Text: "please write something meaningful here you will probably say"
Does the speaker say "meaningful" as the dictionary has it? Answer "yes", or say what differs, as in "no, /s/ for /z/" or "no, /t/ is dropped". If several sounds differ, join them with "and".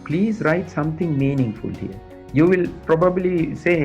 yes